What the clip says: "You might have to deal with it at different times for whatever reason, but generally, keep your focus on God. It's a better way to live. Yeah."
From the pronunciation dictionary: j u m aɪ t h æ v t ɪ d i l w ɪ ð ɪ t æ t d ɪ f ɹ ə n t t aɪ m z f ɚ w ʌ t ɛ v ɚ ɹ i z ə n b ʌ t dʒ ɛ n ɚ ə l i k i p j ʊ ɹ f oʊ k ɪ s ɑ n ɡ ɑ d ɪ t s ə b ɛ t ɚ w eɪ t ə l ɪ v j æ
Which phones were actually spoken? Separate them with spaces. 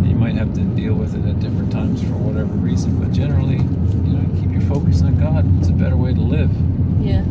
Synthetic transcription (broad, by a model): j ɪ m aɪ t h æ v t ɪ d i l w ɪ ð ɪ t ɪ t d ɪ f ɹ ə n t t aɪ m z f ɚ w ʌ t ɛ v ɚ ɹ i z ə n b ʌ t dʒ ɛ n ɚ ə n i k i p j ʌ ɹ f oʊ k ɪ s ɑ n ɡ ɑ d ɪ t s ə b ɛ t ɚ w eɪ t ə l ɪ v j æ